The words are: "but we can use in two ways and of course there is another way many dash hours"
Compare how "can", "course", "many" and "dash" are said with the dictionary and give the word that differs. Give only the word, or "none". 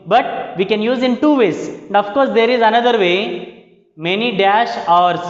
none